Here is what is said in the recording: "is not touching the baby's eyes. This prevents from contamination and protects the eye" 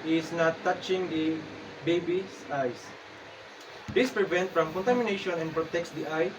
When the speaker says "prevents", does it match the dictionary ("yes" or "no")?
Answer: no